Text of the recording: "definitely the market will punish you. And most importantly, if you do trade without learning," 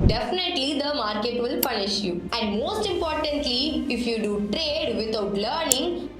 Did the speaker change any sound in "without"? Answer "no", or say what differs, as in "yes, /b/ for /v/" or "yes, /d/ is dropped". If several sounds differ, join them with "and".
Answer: yes, /t/ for /θ/